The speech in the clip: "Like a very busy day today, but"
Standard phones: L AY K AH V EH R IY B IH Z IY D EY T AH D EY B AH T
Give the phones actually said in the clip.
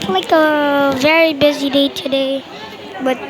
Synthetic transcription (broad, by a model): L AY K AH V EH R IY B IH Z IY D EY T AH D EY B AH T